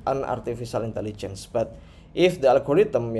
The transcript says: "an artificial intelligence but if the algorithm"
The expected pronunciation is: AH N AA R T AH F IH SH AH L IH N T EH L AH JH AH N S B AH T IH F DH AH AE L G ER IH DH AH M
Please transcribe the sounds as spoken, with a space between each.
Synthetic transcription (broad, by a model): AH N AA R T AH F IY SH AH L IH N T EH L AH JH AH N S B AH T IH F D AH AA L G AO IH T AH M